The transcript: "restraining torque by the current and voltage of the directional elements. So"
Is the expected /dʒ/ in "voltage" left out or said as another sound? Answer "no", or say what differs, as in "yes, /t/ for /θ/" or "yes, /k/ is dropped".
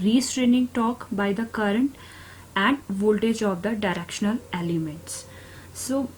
no